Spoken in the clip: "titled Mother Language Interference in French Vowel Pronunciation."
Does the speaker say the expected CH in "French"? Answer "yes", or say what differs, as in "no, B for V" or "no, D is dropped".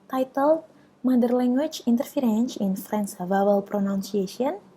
no, S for CH